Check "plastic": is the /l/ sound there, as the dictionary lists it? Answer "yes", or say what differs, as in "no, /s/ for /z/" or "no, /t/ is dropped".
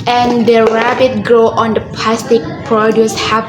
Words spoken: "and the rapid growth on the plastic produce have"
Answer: yes